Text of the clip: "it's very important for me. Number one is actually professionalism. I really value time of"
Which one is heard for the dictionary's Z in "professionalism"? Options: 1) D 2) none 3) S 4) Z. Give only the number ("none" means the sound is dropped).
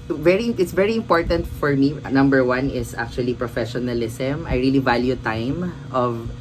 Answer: 3